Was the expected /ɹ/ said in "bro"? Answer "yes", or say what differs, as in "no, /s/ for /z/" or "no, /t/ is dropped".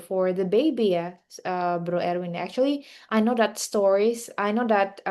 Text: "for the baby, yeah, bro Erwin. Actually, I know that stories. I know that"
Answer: yes